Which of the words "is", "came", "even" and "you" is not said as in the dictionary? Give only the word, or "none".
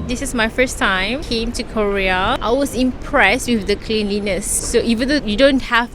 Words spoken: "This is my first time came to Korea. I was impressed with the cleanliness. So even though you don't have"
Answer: is